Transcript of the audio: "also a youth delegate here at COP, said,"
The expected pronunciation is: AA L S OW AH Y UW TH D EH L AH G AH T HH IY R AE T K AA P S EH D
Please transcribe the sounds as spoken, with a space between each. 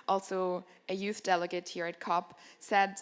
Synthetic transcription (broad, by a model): AA L S OW AH Y UW TH D EH L AH G AH T HH IY R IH T K AA P S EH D